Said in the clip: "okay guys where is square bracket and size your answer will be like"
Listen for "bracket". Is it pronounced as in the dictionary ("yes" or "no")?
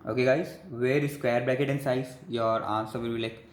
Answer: no